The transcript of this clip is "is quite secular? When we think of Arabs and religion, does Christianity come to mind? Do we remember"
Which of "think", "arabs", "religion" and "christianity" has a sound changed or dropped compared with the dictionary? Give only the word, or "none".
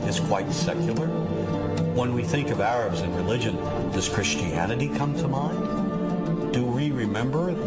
none